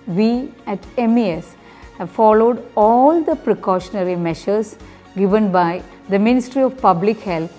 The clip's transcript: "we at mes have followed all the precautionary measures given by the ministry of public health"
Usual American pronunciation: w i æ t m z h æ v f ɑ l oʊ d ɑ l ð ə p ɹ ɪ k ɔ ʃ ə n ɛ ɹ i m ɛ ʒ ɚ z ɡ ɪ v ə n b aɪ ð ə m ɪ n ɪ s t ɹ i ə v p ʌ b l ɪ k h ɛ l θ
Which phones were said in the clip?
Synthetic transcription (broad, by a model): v i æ t m s h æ v f ɑ l oʊ d ɑ l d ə p ɹ ɪ k ɔ ʃ ə n ɛ ɹ i m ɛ ʃ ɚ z ɡ ɪ v ə n b aɪ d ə m ɪ n ɪ s t ɹ i ə v p ʌ b l ɪ k h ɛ l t